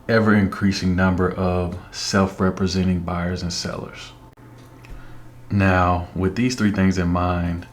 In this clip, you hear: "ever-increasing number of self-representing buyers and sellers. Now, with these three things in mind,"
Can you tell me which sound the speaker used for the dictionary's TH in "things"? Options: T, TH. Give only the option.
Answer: TH